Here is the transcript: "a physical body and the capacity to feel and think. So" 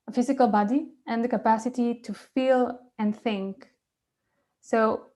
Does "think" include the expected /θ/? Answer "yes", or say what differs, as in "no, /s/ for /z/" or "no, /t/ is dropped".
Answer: yes